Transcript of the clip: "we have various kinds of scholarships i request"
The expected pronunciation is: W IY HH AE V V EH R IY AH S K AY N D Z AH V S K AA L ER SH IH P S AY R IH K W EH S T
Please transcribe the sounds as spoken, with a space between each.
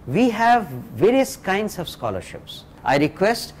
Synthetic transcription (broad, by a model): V IY HH AE V V EH R IY AH S K AY N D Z AH V S K AA L ER SH IH P S AY R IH K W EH S T